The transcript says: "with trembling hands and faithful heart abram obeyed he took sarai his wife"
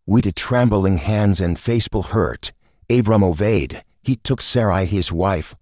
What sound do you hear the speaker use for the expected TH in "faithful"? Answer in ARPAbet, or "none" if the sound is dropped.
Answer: S